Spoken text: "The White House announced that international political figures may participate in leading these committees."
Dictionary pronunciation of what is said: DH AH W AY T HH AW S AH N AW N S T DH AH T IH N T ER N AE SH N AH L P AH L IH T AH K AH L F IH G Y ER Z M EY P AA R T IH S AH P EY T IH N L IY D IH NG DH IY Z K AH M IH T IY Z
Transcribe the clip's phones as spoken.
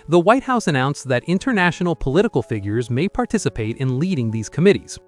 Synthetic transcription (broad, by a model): DH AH W AY T HH AW S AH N AW N S DH AH T IH N T ER N AE SH N L P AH L IH T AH K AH L F IH G Y ER Z M EY P AA R T IH S AH P EY T IH N L IY D IH NG DH IY Z K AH M IH T IY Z